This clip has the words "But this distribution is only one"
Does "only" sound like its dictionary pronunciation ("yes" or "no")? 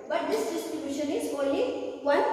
no